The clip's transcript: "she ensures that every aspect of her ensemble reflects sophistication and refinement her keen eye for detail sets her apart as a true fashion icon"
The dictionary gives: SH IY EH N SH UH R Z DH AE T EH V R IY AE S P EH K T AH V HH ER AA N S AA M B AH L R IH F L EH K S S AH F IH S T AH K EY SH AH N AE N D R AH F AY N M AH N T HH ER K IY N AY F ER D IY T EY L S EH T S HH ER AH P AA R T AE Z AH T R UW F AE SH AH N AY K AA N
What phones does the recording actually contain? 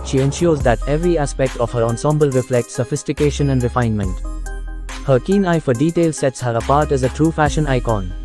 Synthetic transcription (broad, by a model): SH IY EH N SH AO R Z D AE T EH V R IY AE S P EH K T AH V HH ER AA N S AA M B AH L R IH F L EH K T S AH F IH S T AH K EY SH AH N AE N D R AH F AY N M AH N T HH ER K IY N AY F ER D IY T EY L S EH T S HH ER AH P AA R T AE Z AH T R UW F AE SH AH N AY K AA N